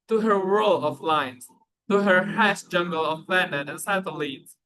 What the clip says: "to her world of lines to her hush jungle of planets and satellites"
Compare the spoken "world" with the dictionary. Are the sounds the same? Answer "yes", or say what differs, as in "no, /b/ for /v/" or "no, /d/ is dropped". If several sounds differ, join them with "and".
no, /d/ is dropped